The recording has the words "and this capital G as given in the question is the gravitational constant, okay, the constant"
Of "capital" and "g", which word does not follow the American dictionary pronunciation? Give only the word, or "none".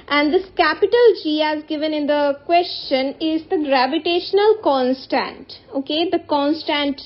none